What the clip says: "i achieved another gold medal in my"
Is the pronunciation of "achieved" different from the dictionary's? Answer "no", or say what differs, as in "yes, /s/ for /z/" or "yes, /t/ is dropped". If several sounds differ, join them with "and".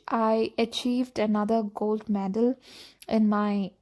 no